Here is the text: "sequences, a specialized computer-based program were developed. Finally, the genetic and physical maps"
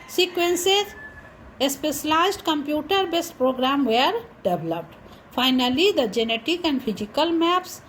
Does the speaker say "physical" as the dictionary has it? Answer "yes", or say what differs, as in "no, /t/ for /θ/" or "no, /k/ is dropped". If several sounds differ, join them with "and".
no, /p/ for /f/